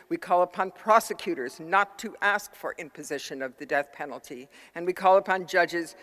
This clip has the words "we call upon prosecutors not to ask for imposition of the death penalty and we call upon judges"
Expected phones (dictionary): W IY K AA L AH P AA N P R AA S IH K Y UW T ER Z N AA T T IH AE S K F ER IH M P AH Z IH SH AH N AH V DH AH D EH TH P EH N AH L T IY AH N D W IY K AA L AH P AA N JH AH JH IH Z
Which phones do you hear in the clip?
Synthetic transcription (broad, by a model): W IY K AA L AH P AA N P R AA S IH K Y UW T ER Z N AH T T IH AE S K F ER IH M P AH Z IH SH AH N AH V DH AH D EH TH P EH N L T IY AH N W IY K AA L AH P AA N JH AH JH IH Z